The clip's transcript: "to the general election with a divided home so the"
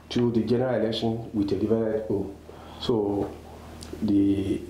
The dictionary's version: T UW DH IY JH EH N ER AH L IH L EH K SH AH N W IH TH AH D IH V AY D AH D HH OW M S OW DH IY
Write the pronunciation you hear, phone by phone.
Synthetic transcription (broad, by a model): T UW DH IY JH EH N ER AH L IH L EH K SH AH N W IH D AH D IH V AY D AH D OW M S OW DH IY